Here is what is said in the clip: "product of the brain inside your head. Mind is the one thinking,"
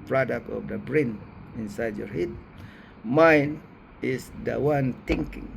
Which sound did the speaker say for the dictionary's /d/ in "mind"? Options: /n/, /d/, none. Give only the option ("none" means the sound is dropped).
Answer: none